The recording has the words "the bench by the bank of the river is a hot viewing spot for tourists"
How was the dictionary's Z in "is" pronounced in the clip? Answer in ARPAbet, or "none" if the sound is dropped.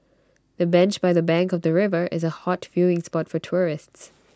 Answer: Z